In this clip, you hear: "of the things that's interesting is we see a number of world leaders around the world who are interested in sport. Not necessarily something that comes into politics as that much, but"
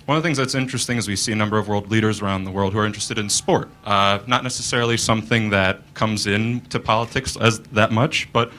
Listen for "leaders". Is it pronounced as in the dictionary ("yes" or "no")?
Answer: yes